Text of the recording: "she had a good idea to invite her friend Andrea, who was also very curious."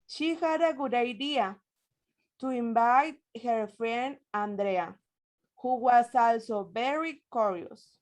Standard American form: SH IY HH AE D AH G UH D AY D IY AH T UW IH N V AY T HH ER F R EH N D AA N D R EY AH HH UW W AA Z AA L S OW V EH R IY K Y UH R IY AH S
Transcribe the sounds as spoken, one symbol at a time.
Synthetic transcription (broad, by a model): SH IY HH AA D AH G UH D AY D IY AH T UW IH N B AY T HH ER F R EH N AA N D R EY AH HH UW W AA S AA L S OW B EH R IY K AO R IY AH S